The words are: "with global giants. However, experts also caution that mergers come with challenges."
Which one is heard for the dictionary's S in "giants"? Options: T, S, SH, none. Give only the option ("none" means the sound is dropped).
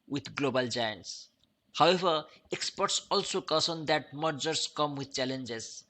S